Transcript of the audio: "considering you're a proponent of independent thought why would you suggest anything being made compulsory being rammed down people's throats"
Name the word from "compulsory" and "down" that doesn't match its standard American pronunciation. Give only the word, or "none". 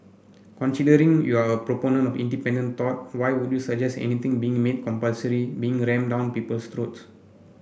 none